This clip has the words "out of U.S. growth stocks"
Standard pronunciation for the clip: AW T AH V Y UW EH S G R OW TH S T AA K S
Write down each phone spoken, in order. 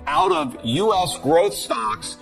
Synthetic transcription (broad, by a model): AW T AH V Y UW EH S G R OW TH S T AA K S